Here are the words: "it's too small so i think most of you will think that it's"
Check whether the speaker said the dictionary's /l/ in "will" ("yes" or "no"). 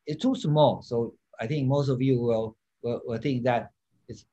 no